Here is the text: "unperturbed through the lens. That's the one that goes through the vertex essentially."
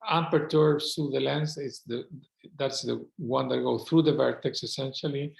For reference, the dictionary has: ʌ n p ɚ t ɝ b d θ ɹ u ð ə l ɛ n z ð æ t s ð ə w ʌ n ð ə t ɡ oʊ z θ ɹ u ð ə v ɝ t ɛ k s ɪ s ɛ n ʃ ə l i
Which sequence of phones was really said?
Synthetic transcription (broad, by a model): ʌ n p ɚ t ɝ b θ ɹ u ð ə l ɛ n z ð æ t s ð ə w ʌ n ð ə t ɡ oʊ θ ɹ u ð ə v ɝ t ɛ k s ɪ s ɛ n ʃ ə l i